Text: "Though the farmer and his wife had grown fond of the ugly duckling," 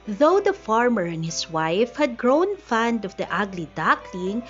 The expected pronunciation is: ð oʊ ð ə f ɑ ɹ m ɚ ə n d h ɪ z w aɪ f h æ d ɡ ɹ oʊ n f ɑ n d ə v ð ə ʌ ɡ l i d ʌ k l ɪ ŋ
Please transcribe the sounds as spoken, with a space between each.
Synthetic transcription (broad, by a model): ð oʊ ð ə f ɑ ɹ m ɚ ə n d h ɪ s w aɪ f h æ d ɡ ɹ oʊ n f ɑ n d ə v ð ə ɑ ɡ l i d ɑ k l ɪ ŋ